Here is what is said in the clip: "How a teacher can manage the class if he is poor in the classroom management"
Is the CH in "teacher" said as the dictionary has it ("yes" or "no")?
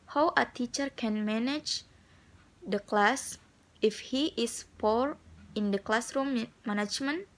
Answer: yes